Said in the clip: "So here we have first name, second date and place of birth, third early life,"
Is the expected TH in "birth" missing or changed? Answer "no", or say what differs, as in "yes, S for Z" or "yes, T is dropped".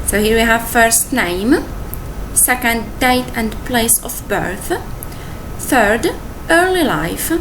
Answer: no